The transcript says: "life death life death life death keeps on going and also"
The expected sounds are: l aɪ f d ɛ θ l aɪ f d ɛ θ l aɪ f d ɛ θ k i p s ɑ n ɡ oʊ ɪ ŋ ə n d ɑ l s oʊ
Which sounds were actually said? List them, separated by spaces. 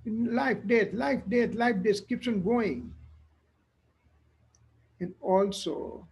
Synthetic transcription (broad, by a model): l aɪ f d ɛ t l aɪ f d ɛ t l aɪ f d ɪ s k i p ʃ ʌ n ɡ oʊ ɪ ŋ ə n d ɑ l s oʊ